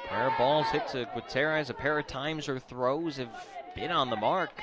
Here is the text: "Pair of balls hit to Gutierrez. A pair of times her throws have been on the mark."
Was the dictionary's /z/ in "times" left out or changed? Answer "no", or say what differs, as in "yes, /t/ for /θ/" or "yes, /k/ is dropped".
no